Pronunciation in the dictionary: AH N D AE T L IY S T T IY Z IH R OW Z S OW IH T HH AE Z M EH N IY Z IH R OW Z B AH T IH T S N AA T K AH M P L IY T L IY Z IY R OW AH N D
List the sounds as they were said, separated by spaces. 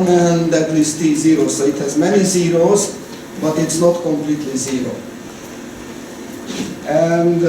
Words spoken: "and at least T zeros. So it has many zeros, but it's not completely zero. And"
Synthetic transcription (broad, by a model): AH N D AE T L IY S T T IY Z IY R OW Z S OW IH T HH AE Z M EH N IY Z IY R OW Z B AH T IH T S N AA T K AH M P L IY T L IY Z IY R OW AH N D